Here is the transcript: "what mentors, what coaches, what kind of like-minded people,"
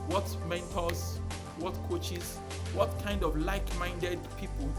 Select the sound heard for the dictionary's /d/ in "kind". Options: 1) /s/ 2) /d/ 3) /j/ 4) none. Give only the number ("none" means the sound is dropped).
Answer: 2